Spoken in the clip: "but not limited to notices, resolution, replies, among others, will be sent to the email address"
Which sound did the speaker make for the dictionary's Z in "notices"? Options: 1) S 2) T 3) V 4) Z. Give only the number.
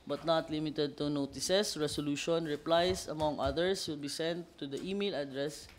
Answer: 1